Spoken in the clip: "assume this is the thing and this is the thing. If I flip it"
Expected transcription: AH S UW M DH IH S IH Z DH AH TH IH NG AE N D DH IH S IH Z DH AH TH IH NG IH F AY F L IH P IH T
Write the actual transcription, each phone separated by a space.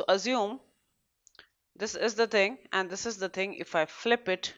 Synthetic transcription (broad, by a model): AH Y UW M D IH S IH Z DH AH T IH NG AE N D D IH S IH Z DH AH T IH NG IH F AY F L IH P IH T